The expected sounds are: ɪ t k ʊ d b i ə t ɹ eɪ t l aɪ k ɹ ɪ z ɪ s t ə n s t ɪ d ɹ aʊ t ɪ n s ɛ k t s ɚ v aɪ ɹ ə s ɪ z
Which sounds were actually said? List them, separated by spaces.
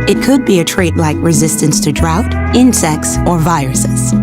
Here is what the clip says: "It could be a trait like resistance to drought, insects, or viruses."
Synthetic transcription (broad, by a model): ɪ t k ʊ d b i ə t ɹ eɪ t l aɪ k ɹ ɪ z ɪ s t ə n s t ɪ d ɹ aʊ t ɪ n s ɛ k s ɚ v aɪ ɹ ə s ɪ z